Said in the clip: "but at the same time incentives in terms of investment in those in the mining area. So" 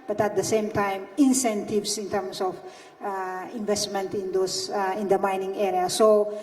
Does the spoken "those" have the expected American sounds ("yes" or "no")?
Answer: no